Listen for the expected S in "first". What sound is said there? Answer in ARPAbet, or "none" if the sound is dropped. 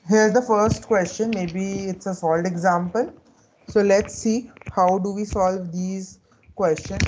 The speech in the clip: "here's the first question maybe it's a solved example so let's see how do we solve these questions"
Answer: S